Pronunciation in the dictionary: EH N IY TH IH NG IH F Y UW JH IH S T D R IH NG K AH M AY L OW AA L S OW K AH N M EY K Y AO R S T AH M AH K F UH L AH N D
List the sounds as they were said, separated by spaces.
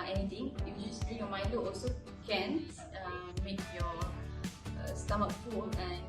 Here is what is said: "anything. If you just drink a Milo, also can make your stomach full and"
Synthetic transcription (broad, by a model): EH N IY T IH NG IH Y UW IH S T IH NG AH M AY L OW AA L S OW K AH N M EY K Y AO S T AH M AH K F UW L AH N